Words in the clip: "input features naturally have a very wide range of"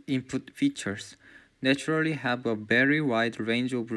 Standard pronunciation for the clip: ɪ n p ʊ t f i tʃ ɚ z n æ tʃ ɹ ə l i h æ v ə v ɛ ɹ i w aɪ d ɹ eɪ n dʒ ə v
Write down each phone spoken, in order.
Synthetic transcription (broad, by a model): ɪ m p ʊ t f i tʃ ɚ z n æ tʃ ɹ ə l i h æ v ə v ɛ ɹ i w aɪ d ɹ eɪ n dʒ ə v